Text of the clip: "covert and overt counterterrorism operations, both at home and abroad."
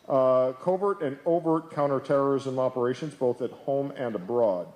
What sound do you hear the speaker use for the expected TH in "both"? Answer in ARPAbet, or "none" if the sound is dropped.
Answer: TH